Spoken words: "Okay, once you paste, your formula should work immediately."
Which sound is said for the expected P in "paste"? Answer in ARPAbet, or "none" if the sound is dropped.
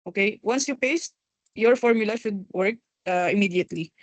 P